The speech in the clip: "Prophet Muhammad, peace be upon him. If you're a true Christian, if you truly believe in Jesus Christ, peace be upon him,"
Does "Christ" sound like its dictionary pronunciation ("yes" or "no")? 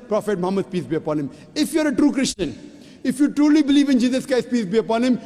no